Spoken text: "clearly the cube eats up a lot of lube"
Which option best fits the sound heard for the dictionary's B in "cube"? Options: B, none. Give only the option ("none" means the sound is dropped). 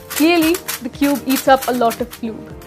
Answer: B